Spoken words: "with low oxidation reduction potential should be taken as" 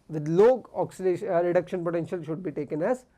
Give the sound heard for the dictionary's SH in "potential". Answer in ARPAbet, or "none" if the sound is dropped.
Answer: SH